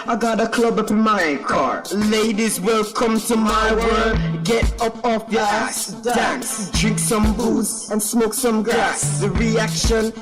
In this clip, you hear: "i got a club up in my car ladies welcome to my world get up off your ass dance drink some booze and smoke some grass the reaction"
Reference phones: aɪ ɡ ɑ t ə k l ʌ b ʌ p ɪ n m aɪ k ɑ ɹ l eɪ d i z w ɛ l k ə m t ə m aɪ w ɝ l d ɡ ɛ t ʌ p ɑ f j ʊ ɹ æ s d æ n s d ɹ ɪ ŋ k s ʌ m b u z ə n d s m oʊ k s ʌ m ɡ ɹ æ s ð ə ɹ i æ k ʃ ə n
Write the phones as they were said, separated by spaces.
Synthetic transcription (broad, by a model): aɪ ɡ ɑ t ə k l ʌ b ʌ p ɪ n m aɪ k ɑ ɹ l eɪ d i z w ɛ l k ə m t ə m aɪ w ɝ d ɡ ɛ t ʌ p ɑ f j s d d æ n s d ɹ ɪ ŋ k s ʌ m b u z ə n s m oʊ k s ʌ m ɡ ɹ æ s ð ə ɹ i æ k ʃ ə n